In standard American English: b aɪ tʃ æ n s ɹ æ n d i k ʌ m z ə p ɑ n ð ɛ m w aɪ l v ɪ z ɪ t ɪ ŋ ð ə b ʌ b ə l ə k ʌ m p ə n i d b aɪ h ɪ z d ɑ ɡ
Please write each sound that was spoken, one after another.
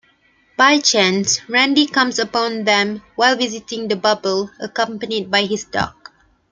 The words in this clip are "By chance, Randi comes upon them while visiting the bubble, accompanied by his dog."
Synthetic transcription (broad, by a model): b aɪ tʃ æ n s ɹ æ n d i k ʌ m s ə p ɑ n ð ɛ m w aɪ l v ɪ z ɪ t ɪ ŋ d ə b ʌ b ə l ə k ʌ m p ə n i d b aɪ h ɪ s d ɑ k